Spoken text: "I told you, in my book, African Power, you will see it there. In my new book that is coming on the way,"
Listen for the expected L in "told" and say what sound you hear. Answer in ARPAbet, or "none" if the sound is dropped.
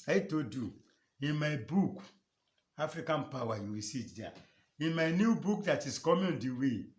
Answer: none